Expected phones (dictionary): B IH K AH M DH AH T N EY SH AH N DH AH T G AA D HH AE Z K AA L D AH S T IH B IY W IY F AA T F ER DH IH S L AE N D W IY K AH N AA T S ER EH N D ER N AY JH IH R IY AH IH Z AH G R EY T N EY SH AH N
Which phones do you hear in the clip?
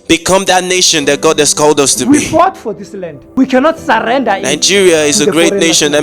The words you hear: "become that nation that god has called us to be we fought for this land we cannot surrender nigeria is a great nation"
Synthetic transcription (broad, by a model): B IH K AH M DH AH T N EY SH AH N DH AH T G AA D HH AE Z K AA L D AH S T IH W IY F AA T F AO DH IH S L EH N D W IY K AH N AA T S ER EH N D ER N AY JH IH R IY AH IH Z AH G R EY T N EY SH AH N